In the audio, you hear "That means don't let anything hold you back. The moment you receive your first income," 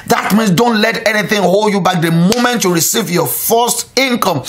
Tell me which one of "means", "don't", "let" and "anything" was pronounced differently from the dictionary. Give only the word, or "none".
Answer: means